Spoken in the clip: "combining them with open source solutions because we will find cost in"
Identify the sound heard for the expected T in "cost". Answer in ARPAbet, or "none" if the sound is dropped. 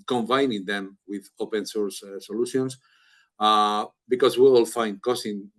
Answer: none